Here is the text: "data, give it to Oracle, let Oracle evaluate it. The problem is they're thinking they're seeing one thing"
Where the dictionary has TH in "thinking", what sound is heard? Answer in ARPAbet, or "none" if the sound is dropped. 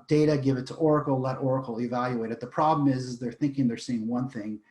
TH